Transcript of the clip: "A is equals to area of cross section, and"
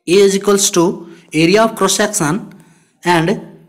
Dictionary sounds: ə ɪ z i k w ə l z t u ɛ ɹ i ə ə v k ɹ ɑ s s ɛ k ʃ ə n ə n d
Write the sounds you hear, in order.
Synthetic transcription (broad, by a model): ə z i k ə l s t u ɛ ɹ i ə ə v k ɹ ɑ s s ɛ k s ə n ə n d